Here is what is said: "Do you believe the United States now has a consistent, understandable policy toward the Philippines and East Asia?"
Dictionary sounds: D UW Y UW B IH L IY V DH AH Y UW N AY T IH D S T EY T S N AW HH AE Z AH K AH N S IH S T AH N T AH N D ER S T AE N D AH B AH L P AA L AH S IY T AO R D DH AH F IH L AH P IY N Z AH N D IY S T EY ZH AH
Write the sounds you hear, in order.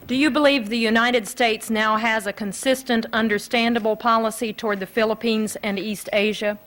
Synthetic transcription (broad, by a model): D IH Y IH B IH L IY V DH AH Y UW N AY T IH D S T EY T S N AW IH Z AH K AH N S IH S T AH N T AH N D ER S T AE N D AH B L P AA L AH S IY T AO R D DH AH F IH L AH P IY N Z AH N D IY S T EY ZH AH